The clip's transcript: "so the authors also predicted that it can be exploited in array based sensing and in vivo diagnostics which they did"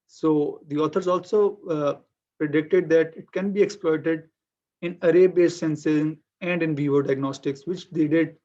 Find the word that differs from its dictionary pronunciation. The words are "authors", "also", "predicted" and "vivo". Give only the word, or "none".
authors